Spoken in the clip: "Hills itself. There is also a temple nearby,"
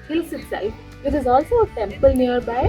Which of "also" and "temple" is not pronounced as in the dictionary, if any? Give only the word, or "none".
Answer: none